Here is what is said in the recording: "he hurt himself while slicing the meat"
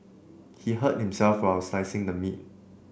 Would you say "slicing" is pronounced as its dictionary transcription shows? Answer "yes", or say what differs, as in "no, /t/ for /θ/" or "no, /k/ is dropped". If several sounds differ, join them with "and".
no, /l/ is dropped